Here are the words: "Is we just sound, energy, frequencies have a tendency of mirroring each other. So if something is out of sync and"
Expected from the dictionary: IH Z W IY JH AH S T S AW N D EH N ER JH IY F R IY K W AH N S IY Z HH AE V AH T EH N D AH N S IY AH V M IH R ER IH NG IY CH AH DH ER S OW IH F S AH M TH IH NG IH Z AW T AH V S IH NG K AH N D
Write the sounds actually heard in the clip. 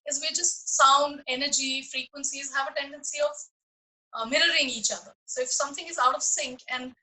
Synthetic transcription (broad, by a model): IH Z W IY JH AH S T S AW N D EH N ER JH IY F R IY K W AH N S IY Z HH AE V AH T EH N D AH N S IY AH V M IH R ER IH NG IY CH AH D ER S OW IH F S AH M T IH NG IH Z AW T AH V S IH NG K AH N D